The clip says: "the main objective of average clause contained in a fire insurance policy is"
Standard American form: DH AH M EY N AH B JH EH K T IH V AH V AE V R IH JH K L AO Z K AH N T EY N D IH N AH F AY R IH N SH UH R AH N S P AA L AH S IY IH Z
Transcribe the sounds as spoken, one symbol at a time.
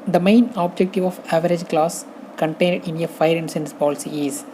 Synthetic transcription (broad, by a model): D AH M EY N AH B JH EH K T IH V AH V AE V R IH JH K L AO S K AH N T EY N D IH N AH F AY R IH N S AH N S P AA L AH S IY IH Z